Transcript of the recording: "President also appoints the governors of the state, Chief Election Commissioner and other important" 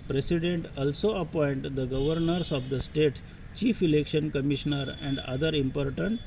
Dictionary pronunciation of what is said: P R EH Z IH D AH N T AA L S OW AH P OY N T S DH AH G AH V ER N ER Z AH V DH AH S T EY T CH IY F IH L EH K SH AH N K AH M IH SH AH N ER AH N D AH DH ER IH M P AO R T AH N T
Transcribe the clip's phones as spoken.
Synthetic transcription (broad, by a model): P R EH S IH D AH N T AA L S OW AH P OY N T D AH G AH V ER N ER S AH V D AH S T EY T CH IY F IH L EH K SH AH N K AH M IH SH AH N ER AH N D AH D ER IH M P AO R T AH N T